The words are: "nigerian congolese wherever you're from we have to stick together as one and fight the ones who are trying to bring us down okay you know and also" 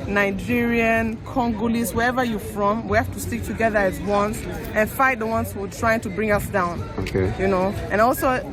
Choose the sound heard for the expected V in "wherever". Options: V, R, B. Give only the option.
V